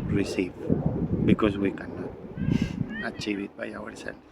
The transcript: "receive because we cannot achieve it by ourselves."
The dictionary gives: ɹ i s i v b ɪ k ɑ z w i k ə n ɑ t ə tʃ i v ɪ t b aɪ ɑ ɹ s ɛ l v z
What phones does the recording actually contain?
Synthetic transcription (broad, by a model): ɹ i s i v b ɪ k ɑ s w i k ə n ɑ ə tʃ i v ɪ t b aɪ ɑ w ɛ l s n